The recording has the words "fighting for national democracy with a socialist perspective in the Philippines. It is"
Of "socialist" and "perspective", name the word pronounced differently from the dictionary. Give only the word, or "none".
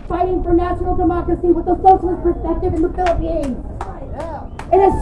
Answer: socialist